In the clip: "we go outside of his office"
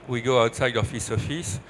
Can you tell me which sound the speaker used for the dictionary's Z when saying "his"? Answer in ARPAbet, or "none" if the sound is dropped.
S